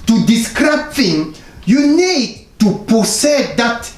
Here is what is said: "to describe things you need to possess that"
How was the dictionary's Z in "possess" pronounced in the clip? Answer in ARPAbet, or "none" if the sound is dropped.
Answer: S